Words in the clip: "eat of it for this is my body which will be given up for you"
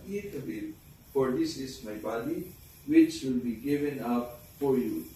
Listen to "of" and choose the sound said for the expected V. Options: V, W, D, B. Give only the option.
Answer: B